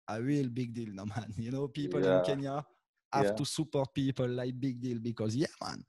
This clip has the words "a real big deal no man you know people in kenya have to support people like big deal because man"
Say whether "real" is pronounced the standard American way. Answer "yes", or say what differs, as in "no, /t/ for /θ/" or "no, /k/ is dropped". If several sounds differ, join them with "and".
no, /w/ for /ɹ/